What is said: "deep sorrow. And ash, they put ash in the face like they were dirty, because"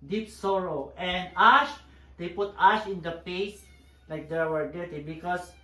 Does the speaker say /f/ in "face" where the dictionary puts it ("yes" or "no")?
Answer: no